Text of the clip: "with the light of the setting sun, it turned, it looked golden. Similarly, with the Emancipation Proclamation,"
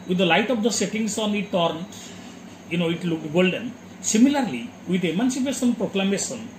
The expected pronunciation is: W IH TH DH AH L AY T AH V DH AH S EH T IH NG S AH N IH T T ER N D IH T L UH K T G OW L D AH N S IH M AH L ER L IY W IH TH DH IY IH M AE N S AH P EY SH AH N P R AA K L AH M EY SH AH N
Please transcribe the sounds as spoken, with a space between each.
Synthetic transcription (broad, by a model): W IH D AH L AY T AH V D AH S EH T IH NG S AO N IH T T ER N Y IH T L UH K G OW L D AH N S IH M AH L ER L IY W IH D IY M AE N S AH P EY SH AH N P R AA K L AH M EY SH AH N